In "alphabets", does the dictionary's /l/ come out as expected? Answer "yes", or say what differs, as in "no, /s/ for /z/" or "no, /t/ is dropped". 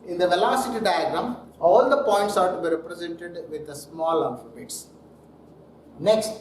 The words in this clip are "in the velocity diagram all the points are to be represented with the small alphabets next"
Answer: no, /l/ is dropped